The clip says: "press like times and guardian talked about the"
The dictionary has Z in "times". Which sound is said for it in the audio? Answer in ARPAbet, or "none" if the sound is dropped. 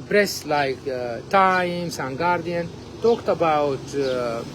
S